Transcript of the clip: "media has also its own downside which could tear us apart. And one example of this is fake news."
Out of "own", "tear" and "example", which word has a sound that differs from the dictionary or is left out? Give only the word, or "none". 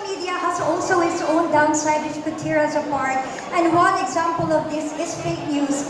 none